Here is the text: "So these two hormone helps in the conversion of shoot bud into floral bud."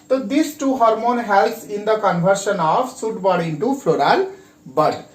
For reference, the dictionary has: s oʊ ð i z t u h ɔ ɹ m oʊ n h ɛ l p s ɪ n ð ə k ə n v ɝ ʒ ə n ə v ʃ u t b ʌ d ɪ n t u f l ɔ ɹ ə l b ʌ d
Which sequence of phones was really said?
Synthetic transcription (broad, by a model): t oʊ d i s t u h ɔ ɹ m oʊ n h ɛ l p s ɪ n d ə k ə n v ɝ ʃ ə n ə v s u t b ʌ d ɪ n t u f l ɔ ɹ ə l b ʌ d